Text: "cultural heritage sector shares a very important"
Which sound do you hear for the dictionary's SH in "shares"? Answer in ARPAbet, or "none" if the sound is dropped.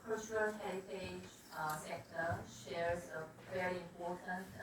SH